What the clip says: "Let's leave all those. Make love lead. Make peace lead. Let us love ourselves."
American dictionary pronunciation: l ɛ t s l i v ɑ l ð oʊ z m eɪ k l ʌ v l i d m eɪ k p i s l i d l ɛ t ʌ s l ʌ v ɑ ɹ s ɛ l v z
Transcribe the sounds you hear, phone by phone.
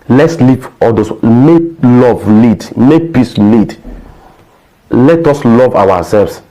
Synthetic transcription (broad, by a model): l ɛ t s l i p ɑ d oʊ s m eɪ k l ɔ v l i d m eɪ k p i s l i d l ɛ t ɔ s l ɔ v ɑ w s ɛ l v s